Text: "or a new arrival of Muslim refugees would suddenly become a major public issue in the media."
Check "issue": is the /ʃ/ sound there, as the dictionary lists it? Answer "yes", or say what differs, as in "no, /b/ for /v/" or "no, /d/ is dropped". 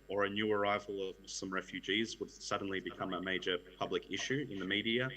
yes